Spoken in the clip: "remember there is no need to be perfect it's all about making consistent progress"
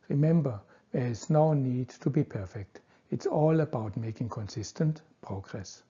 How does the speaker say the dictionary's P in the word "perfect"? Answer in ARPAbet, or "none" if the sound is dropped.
P